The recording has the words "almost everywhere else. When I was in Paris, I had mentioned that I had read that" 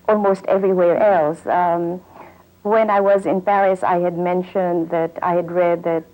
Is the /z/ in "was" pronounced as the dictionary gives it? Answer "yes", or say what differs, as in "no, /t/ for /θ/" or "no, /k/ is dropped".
yes